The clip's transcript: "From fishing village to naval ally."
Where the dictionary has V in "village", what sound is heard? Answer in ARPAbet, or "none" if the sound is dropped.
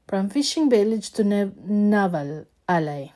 B